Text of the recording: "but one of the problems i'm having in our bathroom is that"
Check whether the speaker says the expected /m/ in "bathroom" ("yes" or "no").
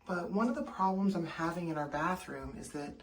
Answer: yes